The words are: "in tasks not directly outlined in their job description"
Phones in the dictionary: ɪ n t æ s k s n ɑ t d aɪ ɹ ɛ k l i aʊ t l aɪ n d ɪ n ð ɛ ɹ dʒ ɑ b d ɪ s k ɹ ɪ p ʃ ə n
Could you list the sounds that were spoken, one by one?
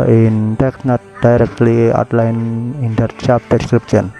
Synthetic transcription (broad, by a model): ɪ n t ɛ k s n ɑ t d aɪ ɹ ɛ k l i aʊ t l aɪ n ɪ n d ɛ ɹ tʃ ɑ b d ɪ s k ɹ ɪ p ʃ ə n